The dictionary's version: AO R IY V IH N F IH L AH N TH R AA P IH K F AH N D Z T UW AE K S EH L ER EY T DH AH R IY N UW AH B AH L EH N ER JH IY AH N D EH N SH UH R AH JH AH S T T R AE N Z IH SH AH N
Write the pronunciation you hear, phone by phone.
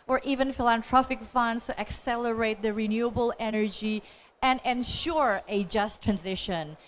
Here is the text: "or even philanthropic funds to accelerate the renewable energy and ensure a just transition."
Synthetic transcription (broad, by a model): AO R IY V IH N F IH L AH N T R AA F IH K F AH N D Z T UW AE K S EH L ER EY T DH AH R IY N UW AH B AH L EH N ER JH IY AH N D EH N SH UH R AH JH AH S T T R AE N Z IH SH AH N